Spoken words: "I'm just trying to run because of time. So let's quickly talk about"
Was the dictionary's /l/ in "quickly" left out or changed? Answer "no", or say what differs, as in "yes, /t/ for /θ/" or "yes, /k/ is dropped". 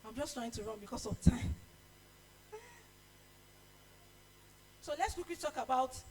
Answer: yes, /w/ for /l/